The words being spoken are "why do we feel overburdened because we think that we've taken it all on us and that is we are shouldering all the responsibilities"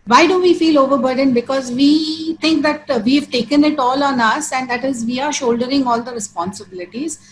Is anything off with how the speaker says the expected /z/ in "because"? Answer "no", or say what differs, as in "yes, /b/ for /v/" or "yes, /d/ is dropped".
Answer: no